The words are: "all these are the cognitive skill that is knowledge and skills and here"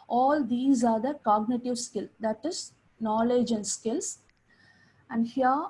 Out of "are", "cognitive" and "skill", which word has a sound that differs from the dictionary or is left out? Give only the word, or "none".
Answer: none